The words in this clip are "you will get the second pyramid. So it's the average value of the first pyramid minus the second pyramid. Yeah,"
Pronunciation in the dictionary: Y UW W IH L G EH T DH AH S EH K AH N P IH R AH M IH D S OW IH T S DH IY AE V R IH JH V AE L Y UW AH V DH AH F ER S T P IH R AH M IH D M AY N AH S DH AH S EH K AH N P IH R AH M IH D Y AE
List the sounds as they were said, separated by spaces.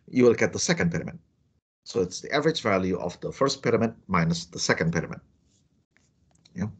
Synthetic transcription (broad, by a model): Y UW W IH L G EH T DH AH S EH K AH N P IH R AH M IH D S OW IH T S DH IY AE V R IH JH V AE L Y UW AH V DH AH F ER S T P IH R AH M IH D M AY N AH S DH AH S EH K AH N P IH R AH M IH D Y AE